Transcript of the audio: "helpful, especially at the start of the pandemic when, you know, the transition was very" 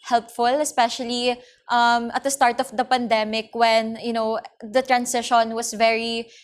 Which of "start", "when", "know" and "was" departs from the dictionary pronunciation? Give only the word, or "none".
was